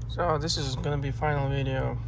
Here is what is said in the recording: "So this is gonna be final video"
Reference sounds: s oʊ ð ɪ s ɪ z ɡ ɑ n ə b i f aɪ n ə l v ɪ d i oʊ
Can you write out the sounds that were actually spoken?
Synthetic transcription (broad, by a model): s oʊ ð ɪ s ɪ z ɡ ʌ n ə b i f aɪ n l v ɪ d i oʊ